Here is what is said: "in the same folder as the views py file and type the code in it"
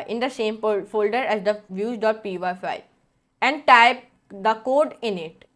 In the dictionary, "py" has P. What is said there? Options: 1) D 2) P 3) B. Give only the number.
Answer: 2